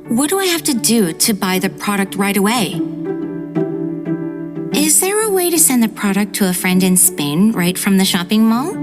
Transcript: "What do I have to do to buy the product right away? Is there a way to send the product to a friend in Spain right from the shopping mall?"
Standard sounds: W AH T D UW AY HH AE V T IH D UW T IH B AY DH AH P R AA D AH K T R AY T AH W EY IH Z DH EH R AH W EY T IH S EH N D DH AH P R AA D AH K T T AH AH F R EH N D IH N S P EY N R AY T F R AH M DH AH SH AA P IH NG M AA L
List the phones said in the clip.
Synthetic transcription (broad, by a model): W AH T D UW AY HH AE F T IH D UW T IH B AY DH AH P R AA D AH K T R AY T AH W EY IH Z DH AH R AH W EY T IH S EH N DH AH P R AA D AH K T T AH AH F R EH N D IH N S P EY N R AY T F R AH M DH AH SH AA P IH NG M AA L